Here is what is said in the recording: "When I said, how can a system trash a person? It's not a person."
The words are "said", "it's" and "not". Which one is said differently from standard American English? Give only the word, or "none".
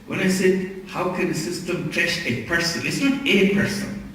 none